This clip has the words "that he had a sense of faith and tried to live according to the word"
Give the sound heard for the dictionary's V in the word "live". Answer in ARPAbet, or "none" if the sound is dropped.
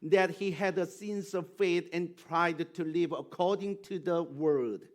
V